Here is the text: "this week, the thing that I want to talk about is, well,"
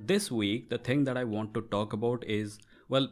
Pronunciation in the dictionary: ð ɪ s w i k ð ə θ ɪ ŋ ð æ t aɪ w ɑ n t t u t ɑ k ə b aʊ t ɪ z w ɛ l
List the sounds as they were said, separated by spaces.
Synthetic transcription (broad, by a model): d ɪ s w i k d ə t ɪ ŋ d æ t aɪ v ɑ n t t u t ɑ k ə b aʊ t ɪ z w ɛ l